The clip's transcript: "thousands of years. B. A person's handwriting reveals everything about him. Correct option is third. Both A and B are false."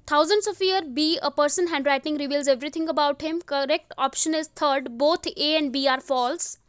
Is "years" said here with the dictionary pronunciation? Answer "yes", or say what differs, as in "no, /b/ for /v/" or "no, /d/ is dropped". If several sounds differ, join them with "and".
no, /z/ is dropped